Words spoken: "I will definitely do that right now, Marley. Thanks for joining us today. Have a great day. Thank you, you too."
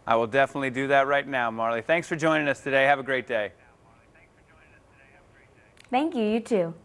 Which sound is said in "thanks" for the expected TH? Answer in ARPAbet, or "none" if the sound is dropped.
TH